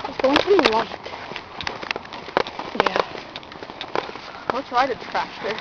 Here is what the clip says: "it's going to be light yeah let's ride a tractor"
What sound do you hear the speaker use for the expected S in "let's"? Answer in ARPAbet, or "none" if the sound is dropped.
none